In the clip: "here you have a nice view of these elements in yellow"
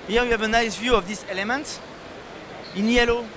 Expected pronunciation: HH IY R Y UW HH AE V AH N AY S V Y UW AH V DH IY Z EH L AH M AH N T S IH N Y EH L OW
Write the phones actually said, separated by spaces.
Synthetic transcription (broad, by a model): HH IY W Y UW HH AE V AH N AY S V Y UW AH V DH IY S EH L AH M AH N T IH N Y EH L OW